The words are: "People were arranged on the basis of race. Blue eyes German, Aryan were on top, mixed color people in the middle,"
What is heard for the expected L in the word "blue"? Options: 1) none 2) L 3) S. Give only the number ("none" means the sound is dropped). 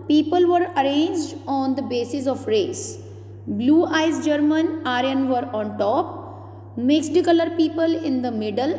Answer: 2